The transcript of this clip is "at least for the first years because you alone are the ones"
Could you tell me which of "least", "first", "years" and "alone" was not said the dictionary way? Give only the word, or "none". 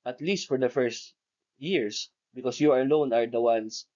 years